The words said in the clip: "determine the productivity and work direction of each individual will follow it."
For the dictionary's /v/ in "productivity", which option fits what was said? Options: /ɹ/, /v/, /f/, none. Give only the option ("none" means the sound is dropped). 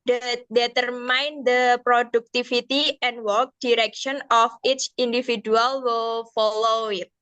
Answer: /f/